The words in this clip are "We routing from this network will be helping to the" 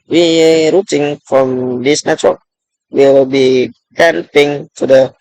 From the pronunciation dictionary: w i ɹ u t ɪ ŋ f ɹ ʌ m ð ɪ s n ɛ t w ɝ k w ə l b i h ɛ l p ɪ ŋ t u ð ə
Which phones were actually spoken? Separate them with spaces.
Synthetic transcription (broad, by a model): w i ɹ u t ɪ ŋ f ɹ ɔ m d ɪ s n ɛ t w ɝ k w ə l b i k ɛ n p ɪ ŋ t u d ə